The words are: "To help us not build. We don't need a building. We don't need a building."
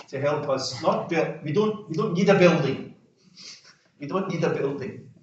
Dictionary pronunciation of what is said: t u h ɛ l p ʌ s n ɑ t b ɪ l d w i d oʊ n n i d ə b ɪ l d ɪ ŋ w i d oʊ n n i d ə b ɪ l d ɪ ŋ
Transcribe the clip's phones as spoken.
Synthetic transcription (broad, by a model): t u h ɛ l p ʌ s n ɑ t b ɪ w d w i d oʊ n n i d ə b ɪ l d ɪ ŋ w i d oʊ n n i d ə b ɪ l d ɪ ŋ